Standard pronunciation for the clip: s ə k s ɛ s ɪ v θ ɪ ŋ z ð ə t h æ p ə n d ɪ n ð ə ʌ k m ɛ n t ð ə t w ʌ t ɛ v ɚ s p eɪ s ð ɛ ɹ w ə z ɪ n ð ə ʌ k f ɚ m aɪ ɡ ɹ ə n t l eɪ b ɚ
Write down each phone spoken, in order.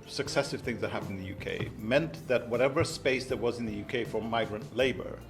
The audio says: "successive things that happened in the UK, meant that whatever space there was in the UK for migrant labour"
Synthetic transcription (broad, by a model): s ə k s ɛ s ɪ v θ ɪ ŋ z ð ə t h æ p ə n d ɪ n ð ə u k m ɛ n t ð ə t w ʌ t ɛ v ɚ s p eɪ s ð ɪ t w ə z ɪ n ð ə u k f ɚ m aɪ ɡ ɹ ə n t l eɪ b ɚ